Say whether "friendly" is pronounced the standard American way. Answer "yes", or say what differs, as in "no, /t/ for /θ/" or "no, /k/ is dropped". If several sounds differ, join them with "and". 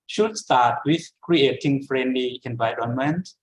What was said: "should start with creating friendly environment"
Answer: yes